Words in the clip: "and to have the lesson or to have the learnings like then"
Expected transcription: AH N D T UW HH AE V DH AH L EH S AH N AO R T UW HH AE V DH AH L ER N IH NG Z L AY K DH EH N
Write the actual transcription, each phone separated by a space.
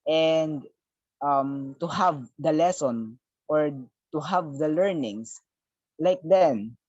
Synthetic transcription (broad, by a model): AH N D T UW HH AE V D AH L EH S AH N AO R T UW HH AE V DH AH L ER N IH NG S L AY K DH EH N